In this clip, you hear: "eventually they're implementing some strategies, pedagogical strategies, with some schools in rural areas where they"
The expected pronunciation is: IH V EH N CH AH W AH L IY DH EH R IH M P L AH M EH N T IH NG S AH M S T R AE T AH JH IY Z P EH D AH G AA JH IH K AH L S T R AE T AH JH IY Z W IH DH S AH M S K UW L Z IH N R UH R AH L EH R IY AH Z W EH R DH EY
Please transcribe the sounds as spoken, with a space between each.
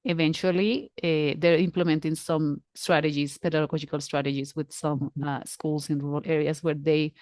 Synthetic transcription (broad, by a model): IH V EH N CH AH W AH L IY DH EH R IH M P L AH M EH N T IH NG S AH M S T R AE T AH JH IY S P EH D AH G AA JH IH K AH L S T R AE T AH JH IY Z W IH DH S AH M S K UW L S IH N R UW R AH L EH R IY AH S W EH R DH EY